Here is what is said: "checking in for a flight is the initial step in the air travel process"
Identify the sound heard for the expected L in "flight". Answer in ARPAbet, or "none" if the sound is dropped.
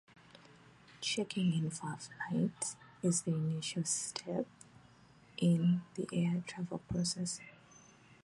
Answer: N